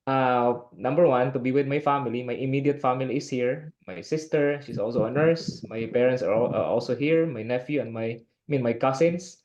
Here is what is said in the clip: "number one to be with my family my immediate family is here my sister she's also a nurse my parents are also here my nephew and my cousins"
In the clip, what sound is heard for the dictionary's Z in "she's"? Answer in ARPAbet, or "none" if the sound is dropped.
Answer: S